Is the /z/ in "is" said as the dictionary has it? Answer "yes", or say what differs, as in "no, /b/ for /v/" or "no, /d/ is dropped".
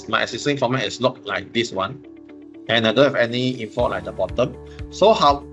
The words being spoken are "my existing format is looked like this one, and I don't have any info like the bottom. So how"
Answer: no, /s/ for /z/